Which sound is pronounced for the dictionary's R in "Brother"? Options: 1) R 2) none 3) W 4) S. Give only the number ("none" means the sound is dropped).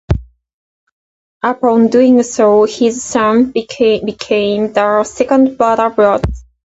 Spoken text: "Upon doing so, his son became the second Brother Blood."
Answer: 2